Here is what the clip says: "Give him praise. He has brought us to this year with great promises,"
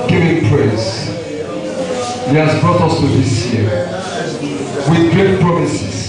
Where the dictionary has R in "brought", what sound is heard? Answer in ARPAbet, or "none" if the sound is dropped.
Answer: none